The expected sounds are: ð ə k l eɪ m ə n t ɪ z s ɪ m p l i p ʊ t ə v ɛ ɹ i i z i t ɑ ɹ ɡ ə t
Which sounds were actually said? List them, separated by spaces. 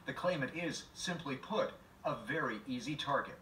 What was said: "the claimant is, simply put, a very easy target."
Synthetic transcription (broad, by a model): ð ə k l eɪ m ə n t ɪ z s ɪ m p l i p ʊ t ə v ɛ ɹ i i z i t ɑ ɹ ɡ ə t